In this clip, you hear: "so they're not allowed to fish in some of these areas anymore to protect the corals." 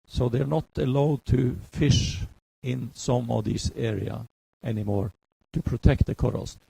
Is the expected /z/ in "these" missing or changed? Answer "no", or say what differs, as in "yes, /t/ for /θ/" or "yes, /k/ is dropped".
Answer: yes, /s/ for /z/